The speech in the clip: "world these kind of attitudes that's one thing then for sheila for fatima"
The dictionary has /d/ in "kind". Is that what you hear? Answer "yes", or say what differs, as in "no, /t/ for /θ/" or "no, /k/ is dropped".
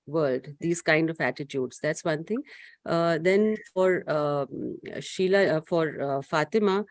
yes